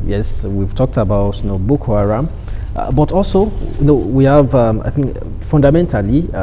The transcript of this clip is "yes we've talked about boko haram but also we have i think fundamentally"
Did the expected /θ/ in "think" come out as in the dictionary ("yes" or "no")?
yes